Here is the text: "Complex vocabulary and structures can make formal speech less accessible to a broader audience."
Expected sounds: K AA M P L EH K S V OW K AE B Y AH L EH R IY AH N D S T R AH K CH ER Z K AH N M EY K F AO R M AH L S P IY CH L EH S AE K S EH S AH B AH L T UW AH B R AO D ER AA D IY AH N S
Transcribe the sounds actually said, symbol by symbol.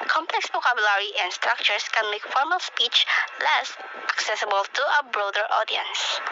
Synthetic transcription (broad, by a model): K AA M P L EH K S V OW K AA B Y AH L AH R IY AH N S T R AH K CH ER S K AH N M EY K F AO R M AH L S P IY CH L EH S AE K S EH S AH B AH L T UW AH B R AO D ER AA D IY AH N S